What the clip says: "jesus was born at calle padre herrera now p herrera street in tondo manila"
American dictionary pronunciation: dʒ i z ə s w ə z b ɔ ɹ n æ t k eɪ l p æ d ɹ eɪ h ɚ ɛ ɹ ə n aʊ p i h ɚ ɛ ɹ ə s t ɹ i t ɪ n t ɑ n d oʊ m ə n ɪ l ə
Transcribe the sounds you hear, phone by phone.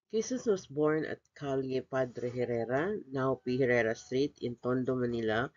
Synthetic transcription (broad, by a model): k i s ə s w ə s b ɔ ɹ n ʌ t k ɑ l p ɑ d ɹ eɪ h ɚ ɛ ɹ ə n aʊ p i h ɚ ɛ ɹ ə s t ɹ i t ɪ n t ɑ n d oʊ m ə n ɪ l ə